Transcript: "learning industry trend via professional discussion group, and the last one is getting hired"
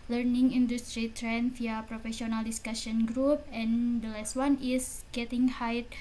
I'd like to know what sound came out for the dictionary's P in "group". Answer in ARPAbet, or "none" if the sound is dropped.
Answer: P